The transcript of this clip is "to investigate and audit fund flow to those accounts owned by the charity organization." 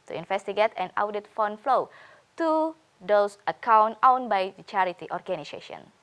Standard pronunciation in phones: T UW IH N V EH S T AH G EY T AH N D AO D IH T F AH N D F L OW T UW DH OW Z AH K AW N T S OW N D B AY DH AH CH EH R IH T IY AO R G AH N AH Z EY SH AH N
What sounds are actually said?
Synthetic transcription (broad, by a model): T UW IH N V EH S T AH G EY T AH N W D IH T F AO N F L OW T UW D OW S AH K AW N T OW N B AY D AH CH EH R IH T IY AO R G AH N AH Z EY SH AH N